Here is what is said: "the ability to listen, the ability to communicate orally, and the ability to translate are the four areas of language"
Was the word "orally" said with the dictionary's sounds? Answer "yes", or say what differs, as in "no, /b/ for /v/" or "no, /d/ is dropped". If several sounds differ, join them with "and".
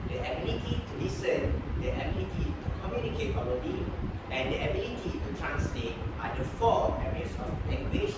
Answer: no, /ɹ/ is dropped